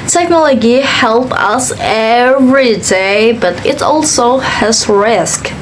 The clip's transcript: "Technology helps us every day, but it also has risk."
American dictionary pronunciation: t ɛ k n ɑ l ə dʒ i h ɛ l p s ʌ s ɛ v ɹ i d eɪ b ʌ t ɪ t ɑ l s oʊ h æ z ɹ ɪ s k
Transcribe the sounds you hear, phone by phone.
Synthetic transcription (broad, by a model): t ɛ k n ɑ l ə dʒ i h ɛ l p ʌ s ɛ v ɹ i d eɪ b ʌ t ɪ t ɑ l s oʊ h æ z ɹ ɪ s k